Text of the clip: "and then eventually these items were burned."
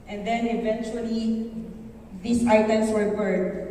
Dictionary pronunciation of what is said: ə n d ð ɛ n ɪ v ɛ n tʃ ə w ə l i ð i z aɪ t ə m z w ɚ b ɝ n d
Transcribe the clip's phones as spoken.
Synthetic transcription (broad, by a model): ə n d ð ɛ n ɪ v ɛ n tʃ ə w ə l i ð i s aɪ t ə m s w ɚ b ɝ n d